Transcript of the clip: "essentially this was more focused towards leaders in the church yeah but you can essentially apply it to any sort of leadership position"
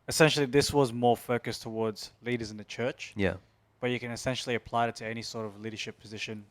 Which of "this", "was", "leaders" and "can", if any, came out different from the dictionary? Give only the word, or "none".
none